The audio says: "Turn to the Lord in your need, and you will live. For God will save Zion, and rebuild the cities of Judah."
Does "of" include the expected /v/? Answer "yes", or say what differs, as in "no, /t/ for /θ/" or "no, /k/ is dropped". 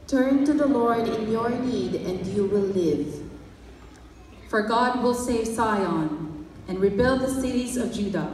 yes